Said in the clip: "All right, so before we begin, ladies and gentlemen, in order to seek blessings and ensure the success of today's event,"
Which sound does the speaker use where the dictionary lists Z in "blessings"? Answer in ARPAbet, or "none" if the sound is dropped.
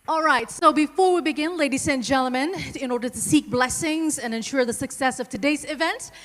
Z